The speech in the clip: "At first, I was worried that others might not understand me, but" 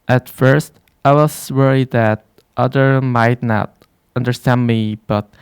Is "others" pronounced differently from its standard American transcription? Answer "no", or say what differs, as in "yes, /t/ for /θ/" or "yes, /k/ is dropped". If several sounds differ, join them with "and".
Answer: yes, /z/ is dropped